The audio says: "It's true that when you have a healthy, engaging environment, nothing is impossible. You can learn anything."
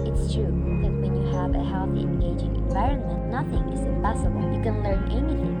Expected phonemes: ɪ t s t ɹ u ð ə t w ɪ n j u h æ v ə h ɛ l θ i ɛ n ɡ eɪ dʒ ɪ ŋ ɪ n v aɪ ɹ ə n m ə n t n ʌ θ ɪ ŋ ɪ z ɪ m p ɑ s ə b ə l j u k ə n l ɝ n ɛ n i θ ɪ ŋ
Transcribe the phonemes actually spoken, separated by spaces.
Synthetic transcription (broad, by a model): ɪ t s t ɹ u ð ə t w ɪ n j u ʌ v ə h ɛ l θ i ɛ n ɡ eɪ dʒ ɪ ŋ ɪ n v aɪ ɹ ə n m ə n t n ʌ θ ɪ ŋ ɪ z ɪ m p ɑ s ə b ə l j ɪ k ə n l ɝ n ɛ n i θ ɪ ŋ